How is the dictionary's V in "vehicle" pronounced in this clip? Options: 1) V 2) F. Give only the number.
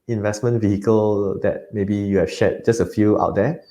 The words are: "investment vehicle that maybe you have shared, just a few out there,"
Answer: 1